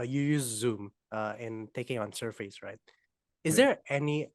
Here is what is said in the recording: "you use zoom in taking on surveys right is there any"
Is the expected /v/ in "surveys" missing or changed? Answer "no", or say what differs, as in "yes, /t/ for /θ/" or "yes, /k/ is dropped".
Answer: yes, /f/ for /v/